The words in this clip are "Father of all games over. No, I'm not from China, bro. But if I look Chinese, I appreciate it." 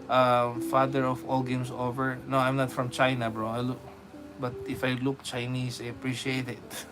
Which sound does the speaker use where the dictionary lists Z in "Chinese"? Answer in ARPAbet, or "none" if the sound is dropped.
S